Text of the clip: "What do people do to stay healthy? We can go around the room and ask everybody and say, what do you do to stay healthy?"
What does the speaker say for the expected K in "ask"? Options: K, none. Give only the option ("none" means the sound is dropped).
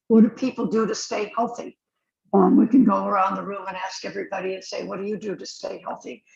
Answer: K